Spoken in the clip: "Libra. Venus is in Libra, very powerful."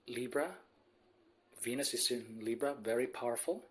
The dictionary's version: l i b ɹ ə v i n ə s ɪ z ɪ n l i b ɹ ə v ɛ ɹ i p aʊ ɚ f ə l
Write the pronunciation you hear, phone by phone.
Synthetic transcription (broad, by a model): l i b ɹ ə v i n ə s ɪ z ɪ n l i b ɹ ə v ɛ ɹ i p aʊ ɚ f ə l